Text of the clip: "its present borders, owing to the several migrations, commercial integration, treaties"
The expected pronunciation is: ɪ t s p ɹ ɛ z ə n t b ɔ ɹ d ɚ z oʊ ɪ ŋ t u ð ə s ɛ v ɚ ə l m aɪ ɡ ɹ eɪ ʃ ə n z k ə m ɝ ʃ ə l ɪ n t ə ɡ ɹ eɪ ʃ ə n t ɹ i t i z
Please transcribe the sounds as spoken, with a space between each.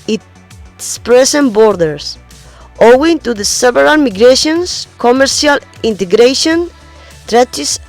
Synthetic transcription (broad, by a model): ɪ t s p ɹ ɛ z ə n b ɔ ɹ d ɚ s oʊ ɪ ŋ t u ð ə s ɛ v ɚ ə l m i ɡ ɹ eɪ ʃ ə n s k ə m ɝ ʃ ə l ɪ n t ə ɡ ɹ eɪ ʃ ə n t ɹ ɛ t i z